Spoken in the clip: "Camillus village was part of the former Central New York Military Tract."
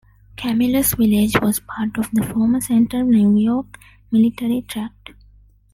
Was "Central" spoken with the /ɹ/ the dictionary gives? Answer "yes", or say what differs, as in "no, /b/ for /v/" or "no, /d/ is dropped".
no, /ɹ/ is dropped